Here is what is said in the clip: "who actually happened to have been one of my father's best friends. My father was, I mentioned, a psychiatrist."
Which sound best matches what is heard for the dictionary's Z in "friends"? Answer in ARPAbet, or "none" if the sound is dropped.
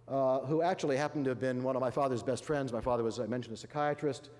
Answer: Z